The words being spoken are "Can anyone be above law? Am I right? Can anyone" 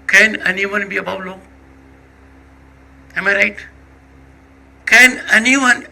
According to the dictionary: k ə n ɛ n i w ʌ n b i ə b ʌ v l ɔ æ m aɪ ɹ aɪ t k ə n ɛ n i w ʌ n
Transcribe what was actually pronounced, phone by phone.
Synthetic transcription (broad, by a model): k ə n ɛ n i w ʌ n b i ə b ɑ w l ɔ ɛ m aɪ ɹ aɪ t k ə n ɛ n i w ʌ n